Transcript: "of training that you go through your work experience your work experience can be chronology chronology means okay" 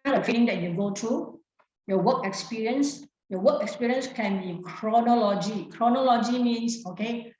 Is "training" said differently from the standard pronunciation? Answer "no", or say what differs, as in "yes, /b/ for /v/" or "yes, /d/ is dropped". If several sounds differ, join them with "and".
yes, /l/ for /n/